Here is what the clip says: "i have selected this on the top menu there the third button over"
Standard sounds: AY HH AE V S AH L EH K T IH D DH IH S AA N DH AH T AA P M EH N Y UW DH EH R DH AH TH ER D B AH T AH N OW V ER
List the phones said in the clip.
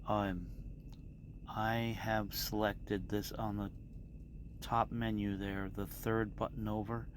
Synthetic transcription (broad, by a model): AY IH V S AH L EH K T IH D DH IH S N DH AH T AA P M EH N Y UW DH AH R DH AH TH ER D B AH T N OW V ER